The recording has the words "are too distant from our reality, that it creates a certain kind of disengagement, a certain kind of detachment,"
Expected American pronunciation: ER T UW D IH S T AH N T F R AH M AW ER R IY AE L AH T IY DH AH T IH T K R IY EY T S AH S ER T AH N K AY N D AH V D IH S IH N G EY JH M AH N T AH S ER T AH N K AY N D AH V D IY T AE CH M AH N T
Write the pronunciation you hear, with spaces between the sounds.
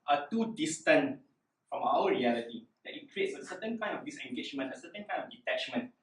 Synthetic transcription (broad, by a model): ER T UW D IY S T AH N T F R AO M AW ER R IY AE L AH T IY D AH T IH T K R IY EY T S AH S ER T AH N K AY N D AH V D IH S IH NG G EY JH M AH N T AH S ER T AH N K AY N D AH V D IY T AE CH M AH N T